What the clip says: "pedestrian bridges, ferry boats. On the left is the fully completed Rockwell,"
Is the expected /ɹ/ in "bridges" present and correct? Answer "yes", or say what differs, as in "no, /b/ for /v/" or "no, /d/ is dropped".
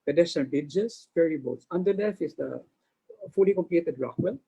no, /ɹ/ is dropped